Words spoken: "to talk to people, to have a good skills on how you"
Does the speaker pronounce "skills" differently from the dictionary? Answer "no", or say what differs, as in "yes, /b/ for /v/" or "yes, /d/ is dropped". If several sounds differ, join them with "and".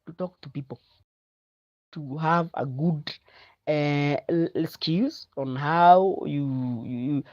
yes, /l/ is dropped